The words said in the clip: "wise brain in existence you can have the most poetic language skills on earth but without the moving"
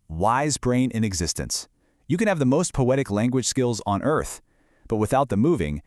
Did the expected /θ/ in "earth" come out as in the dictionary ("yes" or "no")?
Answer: yes